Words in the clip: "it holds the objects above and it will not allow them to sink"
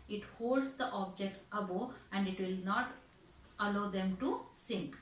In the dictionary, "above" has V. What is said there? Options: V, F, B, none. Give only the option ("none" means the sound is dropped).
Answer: none